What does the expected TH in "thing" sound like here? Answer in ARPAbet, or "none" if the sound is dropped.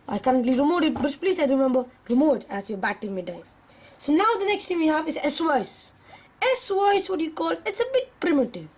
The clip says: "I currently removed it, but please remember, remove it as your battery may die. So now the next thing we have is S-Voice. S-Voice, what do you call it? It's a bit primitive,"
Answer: T